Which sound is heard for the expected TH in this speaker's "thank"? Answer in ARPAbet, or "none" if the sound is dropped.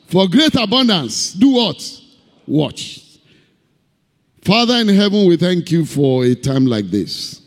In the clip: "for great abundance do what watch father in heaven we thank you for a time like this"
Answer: TH